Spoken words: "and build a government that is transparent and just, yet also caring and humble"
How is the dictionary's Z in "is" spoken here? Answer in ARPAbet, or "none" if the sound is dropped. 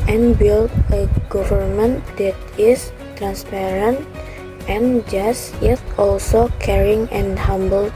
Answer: S